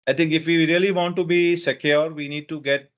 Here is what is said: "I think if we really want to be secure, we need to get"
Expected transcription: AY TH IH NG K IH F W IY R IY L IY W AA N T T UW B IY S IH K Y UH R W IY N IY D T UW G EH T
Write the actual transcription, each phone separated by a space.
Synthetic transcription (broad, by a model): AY T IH NG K IH F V IY R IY L IY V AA N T T UW B IY S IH K Y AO R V IY N IY D T UW G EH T